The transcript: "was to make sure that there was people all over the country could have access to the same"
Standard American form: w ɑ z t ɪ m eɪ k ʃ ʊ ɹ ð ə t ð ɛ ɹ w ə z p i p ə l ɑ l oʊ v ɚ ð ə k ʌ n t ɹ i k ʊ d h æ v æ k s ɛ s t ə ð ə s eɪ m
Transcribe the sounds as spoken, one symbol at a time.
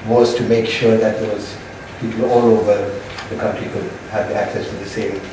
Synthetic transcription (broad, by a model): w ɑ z t ɪ m eɪ k ʃ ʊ ɹ ð ə t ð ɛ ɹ w ə z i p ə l ɑ l oʊ v ɚ ð ə k ʌ n t ɹ i k ʊ d h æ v æ k s ɛ s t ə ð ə s eɪ m